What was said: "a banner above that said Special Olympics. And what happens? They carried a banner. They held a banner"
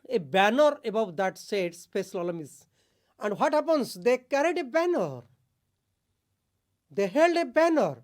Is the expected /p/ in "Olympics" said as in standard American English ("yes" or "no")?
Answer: no